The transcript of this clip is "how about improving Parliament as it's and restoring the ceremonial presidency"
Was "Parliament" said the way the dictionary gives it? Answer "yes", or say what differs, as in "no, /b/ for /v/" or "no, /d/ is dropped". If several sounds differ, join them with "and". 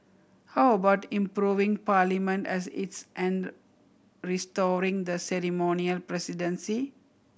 yes